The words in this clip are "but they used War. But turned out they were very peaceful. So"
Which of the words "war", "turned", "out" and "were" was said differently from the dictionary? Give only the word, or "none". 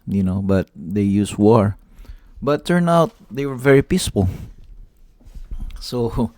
turned